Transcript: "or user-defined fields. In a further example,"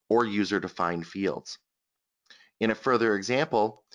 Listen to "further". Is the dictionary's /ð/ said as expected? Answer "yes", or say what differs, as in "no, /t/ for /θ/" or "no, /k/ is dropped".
yes